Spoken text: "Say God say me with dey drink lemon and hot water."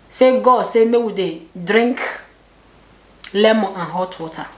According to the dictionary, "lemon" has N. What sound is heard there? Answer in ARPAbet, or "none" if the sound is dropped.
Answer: none